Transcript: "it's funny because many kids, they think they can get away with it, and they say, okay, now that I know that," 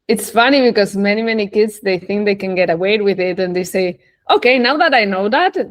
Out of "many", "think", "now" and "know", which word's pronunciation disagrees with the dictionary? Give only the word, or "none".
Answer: none